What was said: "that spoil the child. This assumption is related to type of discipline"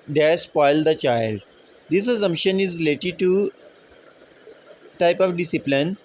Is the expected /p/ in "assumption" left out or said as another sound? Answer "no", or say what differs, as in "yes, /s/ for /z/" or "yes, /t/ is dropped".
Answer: yes, /p/ is dropped